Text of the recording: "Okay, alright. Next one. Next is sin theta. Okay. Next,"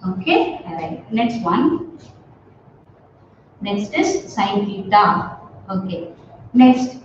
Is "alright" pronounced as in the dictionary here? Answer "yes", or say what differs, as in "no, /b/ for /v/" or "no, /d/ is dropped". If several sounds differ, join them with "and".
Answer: no, /l/ is dropped